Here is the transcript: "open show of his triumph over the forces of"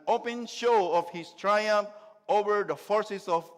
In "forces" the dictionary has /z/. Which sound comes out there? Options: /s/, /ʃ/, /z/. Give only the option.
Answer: /s/